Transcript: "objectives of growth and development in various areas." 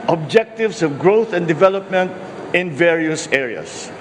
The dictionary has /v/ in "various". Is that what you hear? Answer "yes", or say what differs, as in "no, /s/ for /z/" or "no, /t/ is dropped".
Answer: yes